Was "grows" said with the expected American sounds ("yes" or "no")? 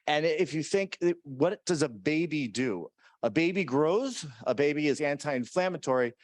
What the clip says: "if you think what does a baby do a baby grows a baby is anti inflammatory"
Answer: yes